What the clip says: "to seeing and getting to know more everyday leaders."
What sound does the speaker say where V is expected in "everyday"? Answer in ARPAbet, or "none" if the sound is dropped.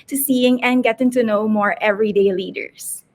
V